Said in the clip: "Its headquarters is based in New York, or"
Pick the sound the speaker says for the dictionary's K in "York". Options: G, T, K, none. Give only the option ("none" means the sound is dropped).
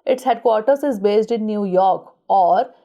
K